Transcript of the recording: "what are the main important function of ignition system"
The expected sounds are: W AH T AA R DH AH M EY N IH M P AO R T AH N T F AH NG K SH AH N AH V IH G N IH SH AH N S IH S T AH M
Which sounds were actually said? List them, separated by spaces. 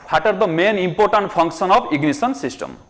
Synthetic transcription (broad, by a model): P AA T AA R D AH M EY N IH M P AO R T AH N T P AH NG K S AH N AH P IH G N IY S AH N S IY S T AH M